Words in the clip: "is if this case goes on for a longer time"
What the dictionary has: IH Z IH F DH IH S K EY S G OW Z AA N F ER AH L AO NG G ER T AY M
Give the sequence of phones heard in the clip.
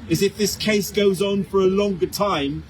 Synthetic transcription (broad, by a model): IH Z IH F DH IH S K EY S G OW Z N F ER AH L AO NG G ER T AY M